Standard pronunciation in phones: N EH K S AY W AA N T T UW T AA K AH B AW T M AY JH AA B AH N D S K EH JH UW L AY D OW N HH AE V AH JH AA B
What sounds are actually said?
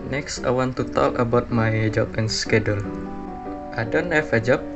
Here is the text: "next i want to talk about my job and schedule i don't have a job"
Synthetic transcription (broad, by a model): N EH K S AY W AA N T T UW T AA K AH B AW T M AY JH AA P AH N S K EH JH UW L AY D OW N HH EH F AH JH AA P